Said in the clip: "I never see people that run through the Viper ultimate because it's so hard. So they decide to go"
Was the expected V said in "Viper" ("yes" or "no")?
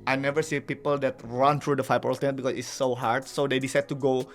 no